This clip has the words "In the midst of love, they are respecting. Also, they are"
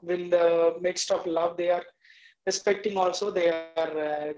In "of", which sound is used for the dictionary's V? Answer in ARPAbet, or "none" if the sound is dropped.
P